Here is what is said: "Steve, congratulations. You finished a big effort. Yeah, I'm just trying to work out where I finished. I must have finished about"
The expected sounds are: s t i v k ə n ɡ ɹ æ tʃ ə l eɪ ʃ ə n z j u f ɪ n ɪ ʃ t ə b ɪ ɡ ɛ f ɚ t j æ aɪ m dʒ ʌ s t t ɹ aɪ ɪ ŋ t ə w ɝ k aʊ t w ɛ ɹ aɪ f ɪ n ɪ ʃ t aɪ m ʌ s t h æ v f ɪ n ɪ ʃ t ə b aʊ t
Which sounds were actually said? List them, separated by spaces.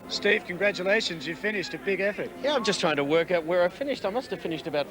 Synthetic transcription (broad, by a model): s t i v k ə n ɡ ɹ æ tʃ ə l eɪ ʃ ə n z j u f ɪ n ɪ ʃ t ə b ɪ ɡ ɛ f ɚ t j æ aɪ m dʒ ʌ s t t ɹ aɪ ɪ ŋ t ə w ɝ k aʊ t w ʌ ɹ aɪ f ɪ n ɪ ʃ t aɪ m ʌ s t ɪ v f ɪ n ɪ ʃ t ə b aʊ t